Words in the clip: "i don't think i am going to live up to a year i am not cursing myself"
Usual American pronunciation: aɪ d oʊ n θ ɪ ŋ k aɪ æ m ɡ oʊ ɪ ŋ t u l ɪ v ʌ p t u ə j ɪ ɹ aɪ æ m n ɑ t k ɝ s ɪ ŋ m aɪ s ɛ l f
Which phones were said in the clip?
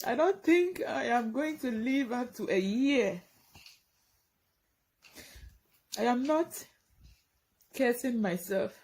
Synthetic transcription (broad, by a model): aɪ d oʊ n t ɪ ŋ k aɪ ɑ m ɡ oʊ ɪ ŋ t u l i v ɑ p t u ə j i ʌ aɪ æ m n ɑ t k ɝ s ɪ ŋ m aɪ s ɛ l f